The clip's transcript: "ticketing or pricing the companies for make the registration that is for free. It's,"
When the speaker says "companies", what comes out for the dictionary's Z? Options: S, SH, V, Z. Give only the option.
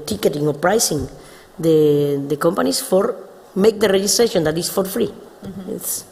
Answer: S